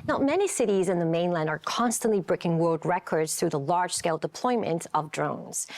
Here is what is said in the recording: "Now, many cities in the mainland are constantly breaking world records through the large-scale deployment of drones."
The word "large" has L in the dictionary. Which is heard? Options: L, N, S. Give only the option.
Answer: L